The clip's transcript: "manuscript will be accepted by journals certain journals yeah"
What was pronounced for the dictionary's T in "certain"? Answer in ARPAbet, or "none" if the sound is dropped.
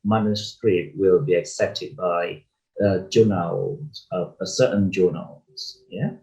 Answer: S